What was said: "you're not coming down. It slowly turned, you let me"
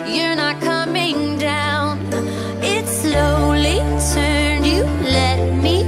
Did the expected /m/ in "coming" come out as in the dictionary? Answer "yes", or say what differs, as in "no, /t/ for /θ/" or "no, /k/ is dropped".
yes